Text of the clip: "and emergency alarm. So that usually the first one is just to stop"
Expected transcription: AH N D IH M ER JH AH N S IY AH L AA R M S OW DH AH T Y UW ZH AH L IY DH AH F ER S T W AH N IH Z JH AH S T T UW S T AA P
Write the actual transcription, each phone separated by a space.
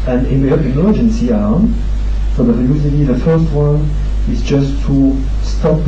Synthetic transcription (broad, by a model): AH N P IH M ER JH AH N S IY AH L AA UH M S OW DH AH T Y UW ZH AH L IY DH AH F ER S T W AH N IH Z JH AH S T T UW S T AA P